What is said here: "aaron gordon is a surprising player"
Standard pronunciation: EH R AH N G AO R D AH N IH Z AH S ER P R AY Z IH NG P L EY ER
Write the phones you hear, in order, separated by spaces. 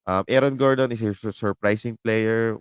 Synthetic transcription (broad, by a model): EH R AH N G AO R D AH N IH S AH S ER P R AY S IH NG P L EY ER